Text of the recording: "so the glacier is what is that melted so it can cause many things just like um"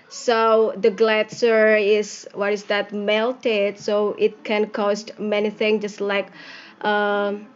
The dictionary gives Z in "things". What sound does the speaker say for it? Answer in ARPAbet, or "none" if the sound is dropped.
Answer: none